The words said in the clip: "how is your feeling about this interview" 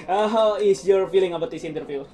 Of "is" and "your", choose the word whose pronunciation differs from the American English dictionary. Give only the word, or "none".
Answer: is